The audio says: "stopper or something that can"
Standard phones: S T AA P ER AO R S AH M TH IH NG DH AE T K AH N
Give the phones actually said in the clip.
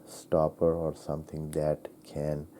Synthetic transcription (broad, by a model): S T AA P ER AO R S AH M T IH NG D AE T K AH N